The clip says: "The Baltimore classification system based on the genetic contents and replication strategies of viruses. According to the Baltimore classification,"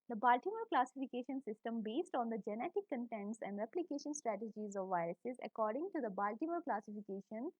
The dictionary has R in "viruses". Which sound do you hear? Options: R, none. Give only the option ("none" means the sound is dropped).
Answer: R